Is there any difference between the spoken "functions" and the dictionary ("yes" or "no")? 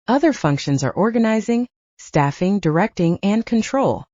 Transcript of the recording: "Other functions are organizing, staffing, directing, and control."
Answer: no